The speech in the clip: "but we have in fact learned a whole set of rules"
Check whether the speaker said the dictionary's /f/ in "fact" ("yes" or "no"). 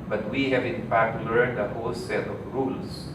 no